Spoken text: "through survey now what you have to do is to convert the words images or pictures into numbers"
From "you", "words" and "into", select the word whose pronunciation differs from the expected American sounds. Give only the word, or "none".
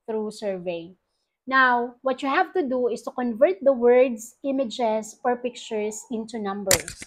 words